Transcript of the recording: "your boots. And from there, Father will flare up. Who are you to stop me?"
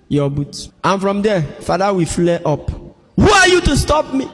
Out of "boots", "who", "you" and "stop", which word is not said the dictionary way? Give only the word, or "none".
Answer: boots